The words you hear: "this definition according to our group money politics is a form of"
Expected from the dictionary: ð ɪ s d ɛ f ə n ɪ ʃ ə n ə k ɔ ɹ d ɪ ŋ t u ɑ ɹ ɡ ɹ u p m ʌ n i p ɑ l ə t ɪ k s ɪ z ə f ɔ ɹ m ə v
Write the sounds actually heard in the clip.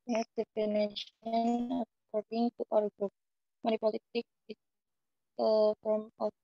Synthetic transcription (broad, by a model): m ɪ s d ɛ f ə n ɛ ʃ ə n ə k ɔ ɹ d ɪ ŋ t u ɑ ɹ ɡ ɹ u p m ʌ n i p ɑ l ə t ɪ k ɪ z ə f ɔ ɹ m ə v